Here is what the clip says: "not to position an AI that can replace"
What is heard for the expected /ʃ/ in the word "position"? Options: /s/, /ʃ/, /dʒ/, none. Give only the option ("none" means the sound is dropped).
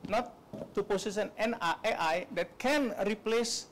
/s/